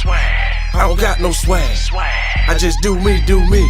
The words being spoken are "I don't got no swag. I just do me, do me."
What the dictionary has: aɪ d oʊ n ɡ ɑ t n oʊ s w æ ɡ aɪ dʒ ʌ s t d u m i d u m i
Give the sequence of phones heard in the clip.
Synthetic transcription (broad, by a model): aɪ ɡ ɑ t n oʊ s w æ aɪ dʒ ʌ s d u m i d u m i